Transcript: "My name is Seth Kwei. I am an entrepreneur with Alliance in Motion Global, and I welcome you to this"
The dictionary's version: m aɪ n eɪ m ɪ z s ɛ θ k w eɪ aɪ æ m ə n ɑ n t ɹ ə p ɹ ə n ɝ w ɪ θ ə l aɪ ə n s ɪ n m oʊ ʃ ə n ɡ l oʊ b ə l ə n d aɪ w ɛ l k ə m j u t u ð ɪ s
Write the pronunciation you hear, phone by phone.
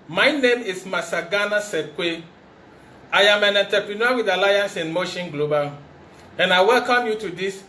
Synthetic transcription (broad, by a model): m aɪ n eɪ m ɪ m s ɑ s k w eɪ aɪ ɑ m ə n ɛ n t ə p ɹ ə n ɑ w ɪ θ ə l aɪ ə n s ɪ n m oʊ ʃ ə n ɡ l oʊ b ə l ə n aɪ w ɛ l k ə m j u t u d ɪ s